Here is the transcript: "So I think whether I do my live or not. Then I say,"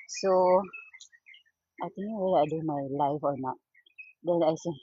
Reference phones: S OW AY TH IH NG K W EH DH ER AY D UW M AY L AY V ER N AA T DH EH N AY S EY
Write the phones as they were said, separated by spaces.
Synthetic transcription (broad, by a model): S OW AY T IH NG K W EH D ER AY D UW M AY L AY F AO N AA T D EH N AY S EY